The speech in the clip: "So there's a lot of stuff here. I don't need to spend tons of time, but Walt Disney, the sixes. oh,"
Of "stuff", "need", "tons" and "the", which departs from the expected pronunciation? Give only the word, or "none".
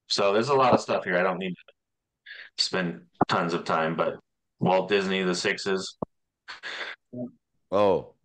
none